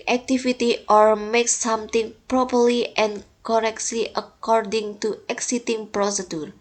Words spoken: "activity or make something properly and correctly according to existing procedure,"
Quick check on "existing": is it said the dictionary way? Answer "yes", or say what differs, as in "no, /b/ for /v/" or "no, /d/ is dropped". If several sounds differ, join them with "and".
no, /s/ is dropped